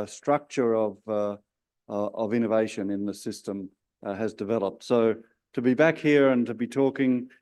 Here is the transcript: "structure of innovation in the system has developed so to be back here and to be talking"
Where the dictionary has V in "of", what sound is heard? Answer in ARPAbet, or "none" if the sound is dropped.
V